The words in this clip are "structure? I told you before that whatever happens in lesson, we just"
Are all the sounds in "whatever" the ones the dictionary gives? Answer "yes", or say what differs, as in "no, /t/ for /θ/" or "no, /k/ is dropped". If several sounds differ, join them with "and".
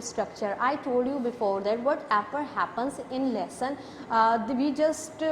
no, /f/ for /v/